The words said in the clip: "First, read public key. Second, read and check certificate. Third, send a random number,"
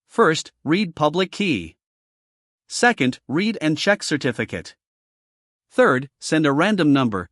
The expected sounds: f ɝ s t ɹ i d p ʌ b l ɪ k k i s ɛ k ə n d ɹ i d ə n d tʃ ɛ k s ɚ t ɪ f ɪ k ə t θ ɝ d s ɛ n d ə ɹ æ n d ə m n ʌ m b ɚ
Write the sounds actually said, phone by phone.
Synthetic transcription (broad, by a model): f ɝ s t ɹ i d p ʌ b l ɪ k k i s ɛ k ə n d ɹ i d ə n tʃ ɛ k s ɚ t ɪ f ɪ k ə t θ ɝ d s ɛ n d ə ɹ æ n d ə m n ʌ m b ɚ